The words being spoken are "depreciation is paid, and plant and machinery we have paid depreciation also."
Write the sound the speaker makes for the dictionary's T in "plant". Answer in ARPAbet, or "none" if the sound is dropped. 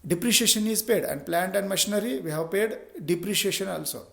T